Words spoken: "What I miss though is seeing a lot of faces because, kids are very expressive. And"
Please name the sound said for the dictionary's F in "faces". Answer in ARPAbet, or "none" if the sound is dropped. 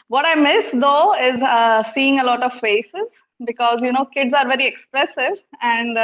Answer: F